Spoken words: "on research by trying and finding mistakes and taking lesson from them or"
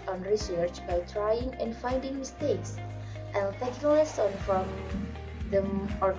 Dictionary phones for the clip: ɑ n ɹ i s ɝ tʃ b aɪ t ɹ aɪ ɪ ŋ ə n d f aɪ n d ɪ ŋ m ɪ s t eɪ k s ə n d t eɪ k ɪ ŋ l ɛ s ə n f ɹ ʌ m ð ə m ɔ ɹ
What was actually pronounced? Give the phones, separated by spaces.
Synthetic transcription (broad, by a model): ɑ n ɹ i s ɝ tʃ b aɪ t ɹ aɪ ɪ ŋ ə n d f aɪ n d ɪ ŋ m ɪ s t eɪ k s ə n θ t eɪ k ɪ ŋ l ɛ s ə n f ɹ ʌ m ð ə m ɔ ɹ